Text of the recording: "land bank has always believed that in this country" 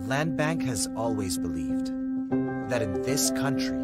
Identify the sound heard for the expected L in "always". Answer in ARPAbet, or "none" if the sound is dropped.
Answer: L